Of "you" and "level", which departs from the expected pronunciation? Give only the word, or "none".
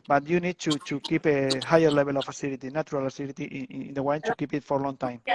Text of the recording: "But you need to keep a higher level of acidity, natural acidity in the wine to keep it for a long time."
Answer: level